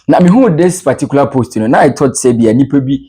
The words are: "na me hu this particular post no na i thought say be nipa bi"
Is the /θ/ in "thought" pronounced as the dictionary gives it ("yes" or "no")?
no